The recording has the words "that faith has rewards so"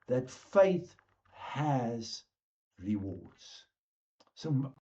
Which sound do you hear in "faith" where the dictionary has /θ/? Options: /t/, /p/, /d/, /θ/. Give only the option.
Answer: /θ/